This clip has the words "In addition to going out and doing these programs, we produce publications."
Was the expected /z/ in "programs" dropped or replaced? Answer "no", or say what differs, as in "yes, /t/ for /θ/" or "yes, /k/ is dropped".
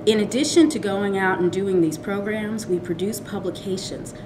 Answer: no